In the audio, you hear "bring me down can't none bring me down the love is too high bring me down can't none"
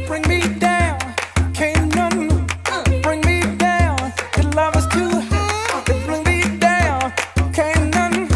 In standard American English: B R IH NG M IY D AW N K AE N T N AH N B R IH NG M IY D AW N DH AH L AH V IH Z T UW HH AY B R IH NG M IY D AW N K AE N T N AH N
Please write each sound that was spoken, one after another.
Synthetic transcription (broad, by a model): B R IH NG M IY D AW N K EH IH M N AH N B R IH NG M IY D AW N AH L AH V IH S T UW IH B R IH NG M IY D AW N K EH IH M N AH N